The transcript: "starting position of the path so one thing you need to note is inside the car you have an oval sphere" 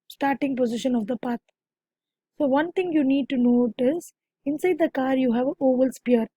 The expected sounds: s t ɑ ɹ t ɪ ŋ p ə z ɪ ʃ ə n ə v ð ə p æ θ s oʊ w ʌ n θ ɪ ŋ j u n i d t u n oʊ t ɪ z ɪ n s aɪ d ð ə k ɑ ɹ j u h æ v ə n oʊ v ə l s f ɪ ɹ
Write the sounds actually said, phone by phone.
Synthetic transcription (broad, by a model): s t ɑ ɹ t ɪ ŋ p ə z ɪ ʃ ə n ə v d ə p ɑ t s oʊ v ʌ n t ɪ ŋ j u n i d t u n oʊ t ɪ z ɪ n s aɪ d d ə k ɑ ɹ j u h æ v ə oʊ v ə l s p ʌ ɹ